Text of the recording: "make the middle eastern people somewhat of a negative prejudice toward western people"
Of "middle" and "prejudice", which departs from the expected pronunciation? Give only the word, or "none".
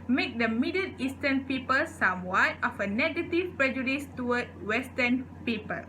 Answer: middle